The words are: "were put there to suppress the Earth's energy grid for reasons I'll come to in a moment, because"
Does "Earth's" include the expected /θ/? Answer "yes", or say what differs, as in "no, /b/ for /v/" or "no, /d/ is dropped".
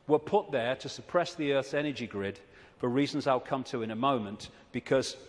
yes